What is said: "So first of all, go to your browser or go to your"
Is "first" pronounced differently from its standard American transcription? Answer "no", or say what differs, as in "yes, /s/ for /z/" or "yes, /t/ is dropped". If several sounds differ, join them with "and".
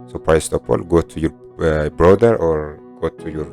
yes, /p/ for /f/